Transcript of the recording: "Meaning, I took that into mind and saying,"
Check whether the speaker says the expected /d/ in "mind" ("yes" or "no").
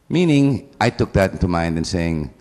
yes